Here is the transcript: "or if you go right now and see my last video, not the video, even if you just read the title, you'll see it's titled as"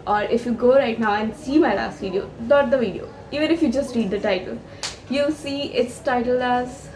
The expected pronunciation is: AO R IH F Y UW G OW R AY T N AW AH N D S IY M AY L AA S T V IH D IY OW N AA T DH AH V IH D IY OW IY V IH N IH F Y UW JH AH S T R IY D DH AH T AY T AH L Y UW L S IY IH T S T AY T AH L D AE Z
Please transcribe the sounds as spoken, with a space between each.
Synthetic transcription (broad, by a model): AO R IH F Y UW G OW R AY T N AW AH N D S IY M AY L AA S T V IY D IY OW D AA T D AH V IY D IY OW IY V IH N IH F Y UW JH AH S T R IY D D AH T AY T AH L Y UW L S IY IH T S T AY T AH L AE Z